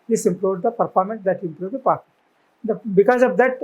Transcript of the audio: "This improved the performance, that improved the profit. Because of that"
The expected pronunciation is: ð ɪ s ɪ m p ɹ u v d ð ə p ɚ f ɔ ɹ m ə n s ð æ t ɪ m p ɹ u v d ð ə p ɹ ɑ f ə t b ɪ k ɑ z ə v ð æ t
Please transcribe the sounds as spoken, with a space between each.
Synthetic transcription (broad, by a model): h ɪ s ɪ m p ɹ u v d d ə p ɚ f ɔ ɹ m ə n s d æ t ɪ m p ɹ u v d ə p ɑ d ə b ɪ k ɑ z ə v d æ t